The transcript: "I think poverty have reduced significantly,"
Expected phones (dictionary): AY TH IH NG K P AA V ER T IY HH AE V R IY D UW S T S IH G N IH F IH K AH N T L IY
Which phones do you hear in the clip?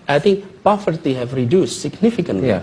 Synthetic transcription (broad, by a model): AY TH IH NG K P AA F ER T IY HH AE V R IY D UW S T S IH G N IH F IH K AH N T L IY